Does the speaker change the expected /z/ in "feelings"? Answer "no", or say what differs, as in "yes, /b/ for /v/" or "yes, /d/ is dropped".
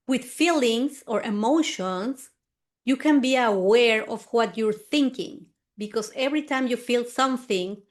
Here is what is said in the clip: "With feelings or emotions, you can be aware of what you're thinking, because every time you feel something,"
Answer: yes, /s/ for /z/